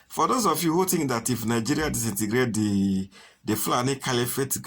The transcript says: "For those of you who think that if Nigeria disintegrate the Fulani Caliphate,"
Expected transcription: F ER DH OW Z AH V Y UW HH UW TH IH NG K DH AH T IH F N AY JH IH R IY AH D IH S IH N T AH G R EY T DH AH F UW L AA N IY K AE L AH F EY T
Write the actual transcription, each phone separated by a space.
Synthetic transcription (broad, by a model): F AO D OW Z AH F Y UW HH UW T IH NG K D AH T IH F N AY JH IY R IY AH D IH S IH N T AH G R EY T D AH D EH L AA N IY K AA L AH F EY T